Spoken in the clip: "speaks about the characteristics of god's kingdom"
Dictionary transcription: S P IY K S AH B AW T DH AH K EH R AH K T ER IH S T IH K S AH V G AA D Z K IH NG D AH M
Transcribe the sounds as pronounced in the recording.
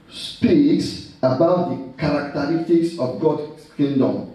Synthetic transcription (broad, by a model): S P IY K S AH B AW T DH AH K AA R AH K T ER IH S T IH K S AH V G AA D K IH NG D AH M